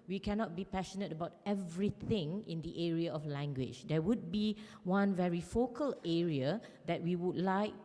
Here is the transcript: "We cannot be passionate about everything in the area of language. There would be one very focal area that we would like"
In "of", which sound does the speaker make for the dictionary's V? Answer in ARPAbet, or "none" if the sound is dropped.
F